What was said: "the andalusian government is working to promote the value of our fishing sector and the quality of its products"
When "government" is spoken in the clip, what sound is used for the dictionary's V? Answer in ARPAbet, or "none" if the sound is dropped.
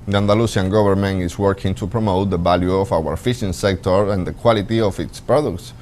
B